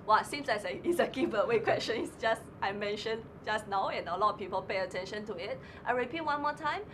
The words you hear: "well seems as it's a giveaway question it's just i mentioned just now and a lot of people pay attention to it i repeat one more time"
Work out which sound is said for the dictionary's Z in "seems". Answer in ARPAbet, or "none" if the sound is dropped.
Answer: S